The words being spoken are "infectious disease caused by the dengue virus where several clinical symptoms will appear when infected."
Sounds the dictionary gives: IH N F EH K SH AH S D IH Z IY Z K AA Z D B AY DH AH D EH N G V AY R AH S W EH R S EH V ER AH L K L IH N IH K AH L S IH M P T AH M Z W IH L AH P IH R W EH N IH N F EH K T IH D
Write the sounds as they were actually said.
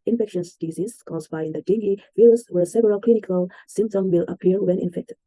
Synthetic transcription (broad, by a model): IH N F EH K SH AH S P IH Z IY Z K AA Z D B AY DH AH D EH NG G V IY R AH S W EH R S EH V ER AH L K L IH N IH K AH L S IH M P T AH M W IH L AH P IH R W EH N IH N F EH K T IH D